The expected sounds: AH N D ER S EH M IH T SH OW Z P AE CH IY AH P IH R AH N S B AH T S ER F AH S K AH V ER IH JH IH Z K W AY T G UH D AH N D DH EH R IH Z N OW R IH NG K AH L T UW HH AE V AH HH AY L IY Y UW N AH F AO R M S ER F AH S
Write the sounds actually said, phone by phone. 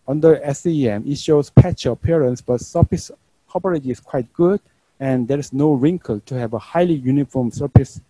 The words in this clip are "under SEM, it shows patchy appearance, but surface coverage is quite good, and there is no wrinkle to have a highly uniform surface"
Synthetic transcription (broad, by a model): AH N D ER S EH M IH T SH OW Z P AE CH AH P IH R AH N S B AH T S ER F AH S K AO P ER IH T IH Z K W AY T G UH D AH N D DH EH R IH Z N OW R IH NG K AH L T UW HH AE V AH HH AY L IY Y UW N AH F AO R M S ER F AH S